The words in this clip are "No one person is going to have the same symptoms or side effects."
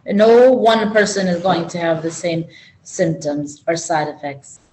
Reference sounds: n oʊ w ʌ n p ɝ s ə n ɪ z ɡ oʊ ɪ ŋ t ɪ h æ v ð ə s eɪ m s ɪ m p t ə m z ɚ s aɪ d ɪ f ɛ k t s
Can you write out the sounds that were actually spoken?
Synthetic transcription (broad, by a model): n oʊ w ʌ n p ɝ s ə n ɪ z ɡ oʊ ɪ ŋ t ɪ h v ð ə s eɪ m s ɪ m p t ə m z ɚ s aɪ d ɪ f ɛ k t s